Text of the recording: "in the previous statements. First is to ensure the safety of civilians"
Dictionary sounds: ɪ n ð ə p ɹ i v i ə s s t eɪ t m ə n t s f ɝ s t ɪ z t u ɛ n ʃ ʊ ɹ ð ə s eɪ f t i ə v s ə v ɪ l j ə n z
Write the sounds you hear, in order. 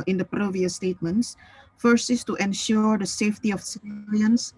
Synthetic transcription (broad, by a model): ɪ n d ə p ɹ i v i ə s s t eɪ t m ə n t s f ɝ s ɪ s t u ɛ n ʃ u ɹ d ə s eɪ f t i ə f s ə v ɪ l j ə n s